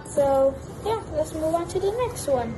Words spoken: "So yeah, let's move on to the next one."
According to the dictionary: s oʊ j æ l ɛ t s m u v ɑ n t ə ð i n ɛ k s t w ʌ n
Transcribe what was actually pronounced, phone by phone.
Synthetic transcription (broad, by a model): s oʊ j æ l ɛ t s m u w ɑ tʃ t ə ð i n ɛ k s t w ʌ n